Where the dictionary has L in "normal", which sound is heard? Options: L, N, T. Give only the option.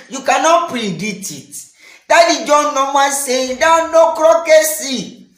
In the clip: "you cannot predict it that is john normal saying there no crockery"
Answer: N